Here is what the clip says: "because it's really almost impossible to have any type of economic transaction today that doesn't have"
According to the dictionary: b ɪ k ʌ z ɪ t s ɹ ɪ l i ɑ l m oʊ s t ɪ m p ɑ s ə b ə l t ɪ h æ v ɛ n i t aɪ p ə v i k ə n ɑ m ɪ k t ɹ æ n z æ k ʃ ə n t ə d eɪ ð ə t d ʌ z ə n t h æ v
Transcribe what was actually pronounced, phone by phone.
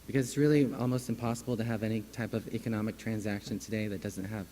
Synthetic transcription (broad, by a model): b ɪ k ʌ z ɪ t s ɹ ɪ l i ɑ l m oʊ s t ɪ m p ɑ s ə b l t ɪ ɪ v ɛ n i t aɪ p ə v i k ə n ɑ m ɪ k t ɹ æ n z æ k ʃ ə n t ə d eɪ ð ə t d ʌ z ə n t h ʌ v